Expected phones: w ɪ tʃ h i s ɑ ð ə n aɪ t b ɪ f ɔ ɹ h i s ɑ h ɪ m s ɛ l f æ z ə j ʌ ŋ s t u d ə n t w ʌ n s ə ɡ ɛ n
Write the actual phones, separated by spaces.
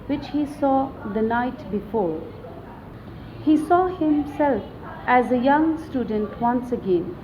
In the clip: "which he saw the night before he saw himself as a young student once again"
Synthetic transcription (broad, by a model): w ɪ tʃ h i s ɑ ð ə n aɪ t b ɪ f ɔ ɹ h i s ɑ h ɪ m s ɛ l f æ z ə j ʌ ŋ s t u d ə n t w ʌ n s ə ɡ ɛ n